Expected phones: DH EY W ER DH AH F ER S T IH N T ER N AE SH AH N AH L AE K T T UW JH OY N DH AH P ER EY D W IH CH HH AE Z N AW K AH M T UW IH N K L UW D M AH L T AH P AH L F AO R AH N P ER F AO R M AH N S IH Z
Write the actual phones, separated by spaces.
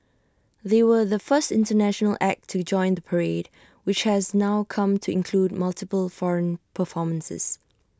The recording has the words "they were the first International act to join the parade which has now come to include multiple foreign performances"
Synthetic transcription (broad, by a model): DH EY W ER DH AH F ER S T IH N T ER N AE SH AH N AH L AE K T T UW JH OY N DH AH P ER EY D W IH CH HH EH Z N AW K AH M T UW IH N K L UW D M AH L T AH P AH L F AO R AH N P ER F AO M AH N S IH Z